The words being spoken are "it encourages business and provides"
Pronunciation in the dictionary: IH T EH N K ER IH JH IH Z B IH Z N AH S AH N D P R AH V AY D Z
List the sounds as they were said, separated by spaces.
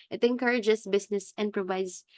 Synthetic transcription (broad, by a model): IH T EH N K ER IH JH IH S B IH S N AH S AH N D P R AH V AY D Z